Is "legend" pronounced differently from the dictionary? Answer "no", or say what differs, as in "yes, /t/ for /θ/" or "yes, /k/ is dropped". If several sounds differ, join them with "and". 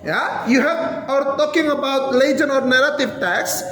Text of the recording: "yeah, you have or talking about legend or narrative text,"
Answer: yes, /d/ is dropped